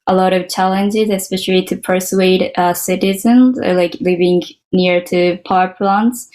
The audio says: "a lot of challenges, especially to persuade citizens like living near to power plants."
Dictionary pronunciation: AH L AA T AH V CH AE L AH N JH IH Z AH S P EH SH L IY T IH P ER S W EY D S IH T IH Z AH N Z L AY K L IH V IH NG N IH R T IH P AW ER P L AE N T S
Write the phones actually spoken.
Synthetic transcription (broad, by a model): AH L AA T AH V CH AE L AH N JH IH Z AH S P EH SH L IY T IH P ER S W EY D S IH T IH Z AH N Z L AY K L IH V IH NG N IH R T IH P AW ER P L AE N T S